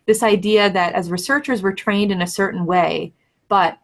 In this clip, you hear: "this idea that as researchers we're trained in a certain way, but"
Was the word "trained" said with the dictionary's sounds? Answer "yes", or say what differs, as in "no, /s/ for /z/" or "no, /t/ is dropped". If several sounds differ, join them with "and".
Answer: yes